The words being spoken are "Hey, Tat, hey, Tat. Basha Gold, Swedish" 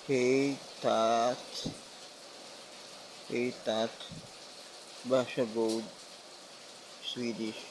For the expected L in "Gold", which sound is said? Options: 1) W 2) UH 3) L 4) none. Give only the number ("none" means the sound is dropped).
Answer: 1